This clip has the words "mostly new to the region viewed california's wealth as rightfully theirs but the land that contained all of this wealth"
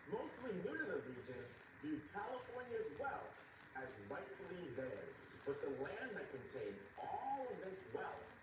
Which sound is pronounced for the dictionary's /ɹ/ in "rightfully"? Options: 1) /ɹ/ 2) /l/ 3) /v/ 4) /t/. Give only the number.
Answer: 2